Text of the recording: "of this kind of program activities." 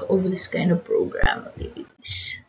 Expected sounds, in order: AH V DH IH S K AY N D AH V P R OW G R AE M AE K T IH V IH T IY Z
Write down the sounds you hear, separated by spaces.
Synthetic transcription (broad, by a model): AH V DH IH S K AY N D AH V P R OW G R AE AE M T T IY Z